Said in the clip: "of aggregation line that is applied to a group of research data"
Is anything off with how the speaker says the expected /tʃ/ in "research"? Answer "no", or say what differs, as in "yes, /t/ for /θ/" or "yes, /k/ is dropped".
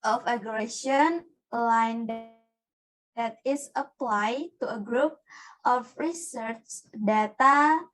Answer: no